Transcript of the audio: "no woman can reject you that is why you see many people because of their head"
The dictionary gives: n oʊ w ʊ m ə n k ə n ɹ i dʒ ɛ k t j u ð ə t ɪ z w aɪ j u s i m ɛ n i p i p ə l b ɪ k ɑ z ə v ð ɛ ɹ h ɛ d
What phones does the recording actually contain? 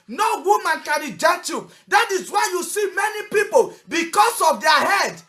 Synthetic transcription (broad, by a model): n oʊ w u m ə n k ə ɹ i dʒ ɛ t j u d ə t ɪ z w aɪ j u s i m ɛ n i p i p ə l b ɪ k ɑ s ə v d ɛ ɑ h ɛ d